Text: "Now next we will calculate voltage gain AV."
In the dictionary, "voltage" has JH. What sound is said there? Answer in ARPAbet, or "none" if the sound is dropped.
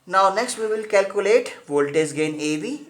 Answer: Z